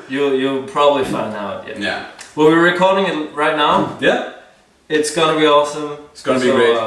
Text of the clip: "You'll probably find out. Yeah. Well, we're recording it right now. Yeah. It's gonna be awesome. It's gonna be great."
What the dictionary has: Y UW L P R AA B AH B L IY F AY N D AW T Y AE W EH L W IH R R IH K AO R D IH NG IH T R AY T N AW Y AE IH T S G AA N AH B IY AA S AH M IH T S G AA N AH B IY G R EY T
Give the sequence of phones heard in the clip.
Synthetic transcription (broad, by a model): Y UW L P R AA B AH B L IY F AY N AW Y Y AE W EH L W IH R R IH K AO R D IH NG IH T R AY T N AW Y AE IH T S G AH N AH B IY AA S AH M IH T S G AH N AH B IY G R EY